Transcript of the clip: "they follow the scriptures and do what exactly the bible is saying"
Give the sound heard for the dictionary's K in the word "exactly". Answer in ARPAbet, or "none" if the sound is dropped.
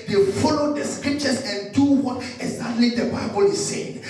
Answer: none